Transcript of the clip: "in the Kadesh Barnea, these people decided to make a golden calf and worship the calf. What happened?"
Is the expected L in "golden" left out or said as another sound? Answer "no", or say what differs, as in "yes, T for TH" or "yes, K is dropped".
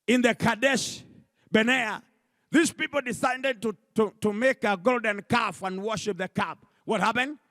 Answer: no